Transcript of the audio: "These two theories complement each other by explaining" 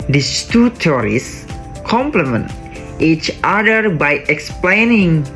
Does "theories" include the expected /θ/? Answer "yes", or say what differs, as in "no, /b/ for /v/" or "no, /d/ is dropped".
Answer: no, /t/ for /θ/